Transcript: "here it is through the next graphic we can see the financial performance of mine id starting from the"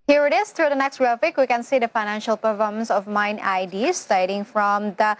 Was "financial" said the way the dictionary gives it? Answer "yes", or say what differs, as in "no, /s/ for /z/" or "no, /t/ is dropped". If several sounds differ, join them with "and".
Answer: yes